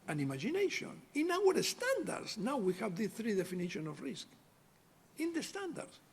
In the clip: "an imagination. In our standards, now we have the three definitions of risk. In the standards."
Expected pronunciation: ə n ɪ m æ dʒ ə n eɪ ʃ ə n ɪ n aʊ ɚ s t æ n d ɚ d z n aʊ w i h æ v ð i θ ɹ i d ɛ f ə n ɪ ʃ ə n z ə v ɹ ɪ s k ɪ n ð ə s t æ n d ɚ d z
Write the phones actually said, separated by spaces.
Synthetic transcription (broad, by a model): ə n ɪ m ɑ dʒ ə n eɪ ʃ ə n ɪ n aʊ ɚ s t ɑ n d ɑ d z n aʊ w i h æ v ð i θ ɹ i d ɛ f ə n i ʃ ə n ə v ɹ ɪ s k ɪ n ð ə s t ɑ n d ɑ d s